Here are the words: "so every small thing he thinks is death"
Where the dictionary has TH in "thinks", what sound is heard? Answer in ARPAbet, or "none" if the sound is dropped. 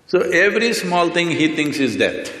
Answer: T